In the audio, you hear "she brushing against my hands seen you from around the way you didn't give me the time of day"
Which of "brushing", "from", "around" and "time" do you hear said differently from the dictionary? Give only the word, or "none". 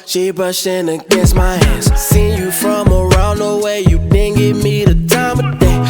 brushing